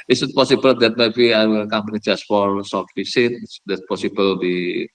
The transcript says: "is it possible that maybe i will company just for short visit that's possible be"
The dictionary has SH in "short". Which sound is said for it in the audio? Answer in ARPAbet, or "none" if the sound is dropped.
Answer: S